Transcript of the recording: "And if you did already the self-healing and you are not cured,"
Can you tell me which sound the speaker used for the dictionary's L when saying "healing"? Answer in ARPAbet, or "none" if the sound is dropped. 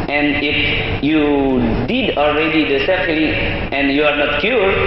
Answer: none